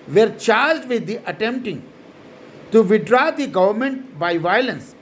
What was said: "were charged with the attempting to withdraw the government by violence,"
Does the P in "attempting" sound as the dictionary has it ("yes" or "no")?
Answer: yes